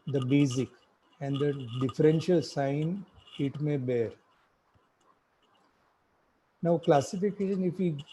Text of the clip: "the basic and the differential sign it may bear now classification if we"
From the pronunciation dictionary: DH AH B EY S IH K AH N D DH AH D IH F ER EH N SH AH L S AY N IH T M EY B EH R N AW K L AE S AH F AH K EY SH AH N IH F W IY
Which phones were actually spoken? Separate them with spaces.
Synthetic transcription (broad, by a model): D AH B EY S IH K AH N D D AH D IH F ER EH N SH AH L S AY N IH T M EY B EH R N AW K L AE S AH F AH K EY SH AH N IH F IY